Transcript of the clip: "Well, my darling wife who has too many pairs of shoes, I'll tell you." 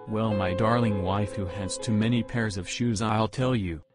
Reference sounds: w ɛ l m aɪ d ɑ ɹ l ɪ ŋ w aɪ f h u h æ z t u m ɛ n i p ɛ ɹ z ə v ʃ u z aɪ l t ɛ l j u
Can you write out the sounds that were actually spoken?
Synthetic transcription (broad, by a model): w ɛ l m aɪ d ɑ ɹ l ɪ ŋ w aɪ f h u h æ s t u m ɛ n i p ɛ ɹ z ə v ʃ u z aɪ l t ɛ l j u